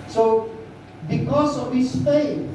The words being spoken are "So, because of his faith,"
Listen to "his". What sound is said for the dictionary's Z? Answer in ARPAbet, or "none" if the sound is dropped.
S